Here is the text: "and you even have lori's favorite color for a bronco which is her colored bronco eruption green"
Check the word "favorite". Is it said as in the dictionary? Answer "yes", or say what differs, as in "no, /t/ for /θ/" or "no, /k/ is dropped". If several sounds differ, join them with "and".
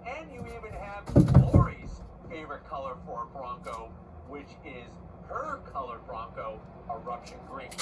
yes